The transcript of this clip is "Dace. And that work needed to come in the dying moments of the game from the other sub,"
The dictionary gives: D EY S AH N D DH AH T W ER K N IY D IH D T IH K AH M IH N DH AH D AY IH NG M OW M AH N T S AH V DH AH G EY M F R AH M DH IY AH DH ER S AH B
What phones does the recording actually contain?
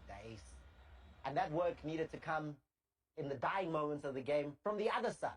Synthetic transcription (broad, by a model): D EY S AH N DH AH T W ER K N IY D IH D T IH K AH M IH N DH AH D AY IH NG M OW M AH N T S AH V DH AH G EY M F R AH M DH IY AH DH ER S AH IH